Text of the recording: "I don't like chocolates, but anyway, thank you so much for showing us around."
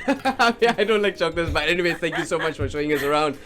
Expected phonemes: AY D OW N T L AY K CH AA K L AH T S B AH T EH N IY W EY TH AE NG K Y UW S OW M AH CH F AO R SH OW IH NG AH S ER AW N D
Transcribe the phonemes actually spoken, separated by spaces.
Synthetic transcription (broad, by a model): AY D OW N T L AY K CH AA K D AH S B AH T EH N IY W EY T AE NG K Y UW S OW M AH CH F AO R SH OW IH NG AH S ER AW N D